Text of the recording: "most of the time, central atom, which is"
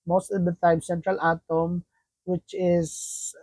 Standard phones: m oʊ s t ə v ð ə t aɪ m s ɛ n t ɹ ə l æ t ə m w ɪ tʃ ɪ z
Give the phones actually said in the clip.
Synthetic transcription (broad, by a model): m oʊ s t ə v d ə t aɪ m s ɛ n t ɹ ə l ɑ t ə m w ɪ tʃ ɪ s